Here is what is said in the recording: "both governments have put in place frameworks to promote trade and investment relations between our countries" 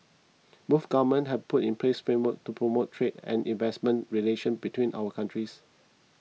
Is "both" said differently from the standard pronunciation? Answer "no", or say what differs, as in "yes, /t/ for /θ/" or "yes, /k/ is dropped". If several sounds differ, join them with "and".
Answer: yes, /f/ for /θ/